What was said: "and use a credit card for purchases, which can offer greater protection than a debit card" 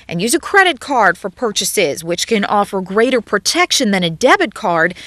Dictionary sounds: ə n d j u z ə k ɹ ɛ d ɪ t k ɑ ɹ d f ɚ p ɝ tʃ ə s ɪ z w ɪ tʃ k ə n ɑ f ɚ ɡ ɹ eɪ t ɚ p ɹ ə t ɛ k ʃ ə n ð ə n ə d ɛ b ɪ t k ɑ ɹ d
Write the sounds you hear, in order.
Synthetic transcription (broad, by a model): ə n j u z ə k ɹ ɛ d ɪ t k ɑ ɹ d f ɚ p ɝ tʃ ə s ɪ z w ɪ tʃ k ə n ɑ f ɚ ɡ ɹ eɪ t ɚ p ɹ ə t ɛ k ʃ ə n ð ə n ə d ɛ b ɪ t k ɑ ɹ d